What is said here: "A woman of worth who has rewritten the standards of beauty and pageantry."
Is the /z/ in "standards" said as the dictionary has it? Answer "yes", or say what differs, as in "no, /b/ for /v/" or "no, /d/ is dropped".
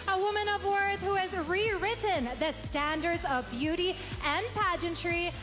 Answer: yes